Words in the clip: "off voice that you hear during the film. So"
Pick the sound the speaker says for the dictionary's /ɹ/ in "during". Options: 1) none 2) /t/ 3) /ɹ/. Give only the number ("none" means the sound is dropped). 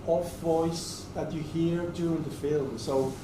1